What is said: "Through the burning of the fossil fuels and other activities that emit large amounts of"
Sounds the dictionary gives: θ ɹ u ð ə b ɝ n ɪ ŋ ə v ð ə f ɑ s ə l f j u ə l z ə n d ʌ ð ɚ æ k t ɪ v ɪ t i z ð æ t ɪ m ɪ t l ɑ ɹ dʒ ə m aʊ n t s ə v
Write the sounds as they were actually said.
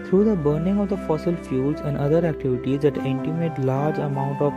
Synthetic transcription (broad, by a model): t ɹ u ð ə b ɝ n ɪ ŋ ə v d ə f ɑ s ə l f j u l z ə n d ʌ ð ɚ æ k t ɪ v ɪ t i z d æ t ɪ m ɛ t l ɑ ɹ dʒ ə m aʊ n t ə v